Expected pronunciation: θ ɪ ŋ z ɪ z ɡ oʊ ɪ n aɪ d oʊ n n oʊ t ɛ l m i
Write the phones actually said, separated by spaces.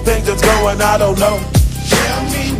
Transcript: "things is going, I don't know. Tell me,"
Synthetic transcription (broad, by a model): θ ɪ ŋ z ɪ s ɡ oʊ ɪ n aɪ d oʊ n n oʊ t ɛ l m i